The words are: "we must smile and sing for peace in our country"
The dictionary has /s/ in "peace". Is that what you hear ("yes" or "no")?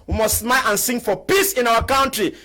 yes